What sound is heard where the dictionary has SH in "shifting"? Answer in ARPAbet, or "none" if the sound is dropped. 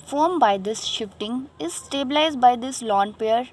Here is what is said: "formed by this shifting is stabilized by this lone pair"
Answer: SH